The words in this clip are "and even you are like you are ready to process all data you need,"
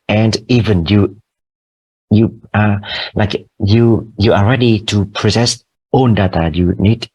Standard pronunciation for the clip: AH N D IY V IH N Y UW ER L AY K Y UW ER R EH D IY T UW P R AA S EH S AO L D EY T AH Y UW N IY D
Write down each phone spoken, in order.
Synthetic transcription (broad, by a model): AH N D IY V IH N Y UW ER L AY K Y UW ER R EH D IY T UW P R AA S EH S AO N D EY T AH Y UW N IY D